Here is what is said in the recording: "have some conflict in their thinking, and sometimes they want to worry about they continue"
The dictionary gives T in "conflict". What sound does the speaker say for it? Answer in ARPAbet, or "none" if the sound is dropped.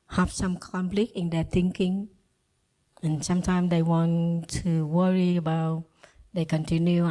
none